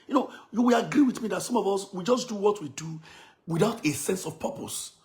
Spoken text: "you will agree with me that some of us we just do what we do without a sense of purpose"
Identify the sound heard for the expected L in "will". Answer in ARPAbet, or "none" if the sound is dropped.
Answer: W